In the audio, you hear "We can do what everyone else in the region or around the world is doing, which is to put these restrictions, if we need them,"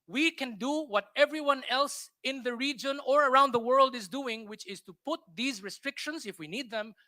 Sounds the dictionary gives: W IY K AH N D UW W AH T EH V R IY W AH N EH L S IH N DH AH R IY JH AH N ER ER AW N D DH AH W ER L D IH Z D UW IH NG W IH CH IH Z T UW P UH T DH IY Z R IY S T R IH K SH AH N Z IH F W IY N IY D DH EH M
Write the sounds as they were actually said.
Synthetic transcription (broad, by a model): W IY K AH N D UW W AH T EH V R IY W AH N EH L S IH N DH AH R IY JH AH N ER ER AW N D DH AH W ER L D IH Z D UW IH NG W IH CH IH Z T UW P UH T DH IY Z R IY S T R IH K SH AH N Z IH F W IY N IY D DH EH M